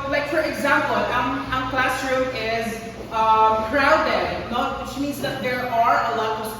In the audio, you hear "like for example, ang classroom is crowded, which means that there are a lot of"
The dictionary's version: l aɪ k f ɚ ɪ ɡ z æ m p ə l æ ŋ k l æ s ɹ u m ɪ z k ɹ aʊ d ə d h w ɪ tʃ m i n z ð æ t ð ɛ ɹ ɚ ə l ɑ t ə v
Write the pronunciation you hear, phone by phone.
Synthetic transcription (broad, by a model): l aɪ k f ɚ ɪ ɡ z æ m p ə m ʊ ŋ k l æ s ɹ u ɪ z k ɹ aʊ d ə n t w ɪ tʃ m i n z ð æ t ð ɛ ɹ ɚ ə l ɑ t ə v